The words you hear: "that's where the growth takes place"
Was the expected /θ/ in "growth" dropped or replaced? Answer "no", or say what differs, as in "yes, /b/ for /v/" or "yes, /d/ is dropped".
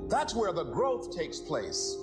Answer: no